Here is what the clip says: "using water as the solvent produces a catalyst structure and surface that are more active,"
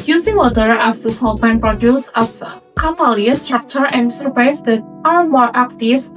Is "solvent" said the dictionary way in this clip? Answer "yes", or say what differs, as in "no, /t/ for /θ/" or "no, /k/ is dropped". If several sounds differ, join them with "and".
no, /p/ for /v/